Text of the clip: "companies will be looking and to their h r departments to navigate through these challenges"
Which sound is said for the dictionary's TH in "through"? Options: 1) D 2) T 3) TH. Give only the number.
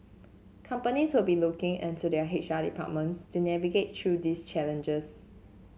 2